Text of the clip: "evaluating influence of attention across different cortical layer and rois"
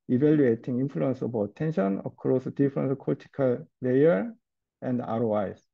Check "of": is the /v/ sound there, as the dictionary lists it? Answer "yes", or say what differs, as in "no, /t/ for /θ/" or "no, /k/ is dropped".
no, /b/ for /v/